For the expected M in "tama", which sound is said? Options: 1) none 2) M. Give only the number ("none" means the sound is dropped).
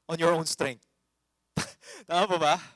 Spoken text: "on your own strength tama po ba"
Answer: 1